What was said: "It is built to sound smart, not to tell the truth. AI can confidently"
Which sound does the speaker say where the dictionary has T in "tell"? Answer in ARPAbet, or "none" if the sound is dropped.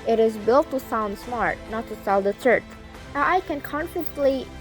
S